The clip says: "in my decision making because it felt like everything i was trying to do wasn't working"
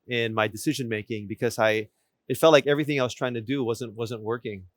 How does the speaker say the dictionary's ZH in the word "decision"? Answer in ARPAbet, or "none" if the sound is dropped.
ZH